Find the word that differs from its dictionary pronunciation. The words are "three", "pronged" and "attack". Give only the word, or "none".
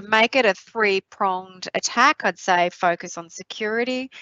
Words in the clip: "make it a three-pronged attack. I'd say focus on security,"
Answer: none